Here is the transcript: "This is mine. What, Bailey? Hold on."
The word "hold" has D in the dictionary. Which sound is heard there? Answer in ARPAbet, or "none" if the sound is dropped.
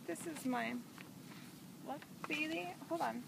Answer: none